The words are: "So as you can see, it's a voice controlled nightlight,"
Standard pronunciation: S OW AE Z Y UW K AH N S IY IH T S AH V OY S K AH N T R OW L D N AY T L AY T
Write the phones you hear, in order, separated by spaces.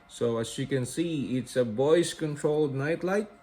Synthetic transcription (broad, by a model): S OW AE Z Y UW K AH N S IY IH T S AH B OY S K AH N T R OW L D N AY T L AY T